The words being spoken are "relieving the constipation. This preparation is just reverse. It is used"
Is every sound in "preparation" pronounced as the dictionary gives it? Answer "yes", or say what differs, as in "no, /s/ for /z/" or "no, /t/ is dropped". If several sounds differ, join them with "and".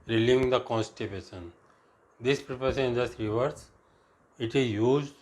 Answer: no, /s/ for /ʃ/